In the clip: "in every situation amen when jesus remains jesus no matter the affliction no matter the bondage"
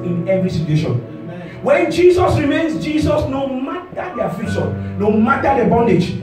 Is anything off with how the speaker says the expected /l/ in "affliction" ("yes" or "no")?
yes